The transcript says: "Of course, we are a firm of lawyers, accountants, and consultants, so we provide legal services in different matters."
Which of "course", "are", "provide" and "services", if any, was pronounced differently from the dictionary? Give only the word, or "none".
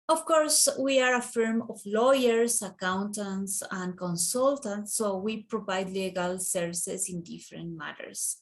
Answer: services